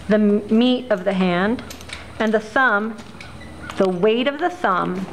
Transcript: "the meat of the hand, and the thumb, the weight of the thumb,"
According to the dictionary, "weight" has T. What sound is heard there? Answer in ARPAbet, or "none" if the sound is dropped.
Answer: T